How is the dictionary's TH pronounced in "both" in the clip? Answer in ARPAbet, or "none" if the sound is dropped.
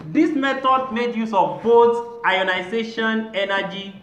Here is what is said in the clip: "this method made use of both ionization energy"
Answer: S